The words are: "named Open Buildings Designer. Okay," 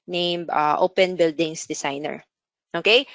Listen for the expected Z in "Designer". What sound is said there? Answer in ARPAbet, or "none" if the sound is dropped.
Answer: S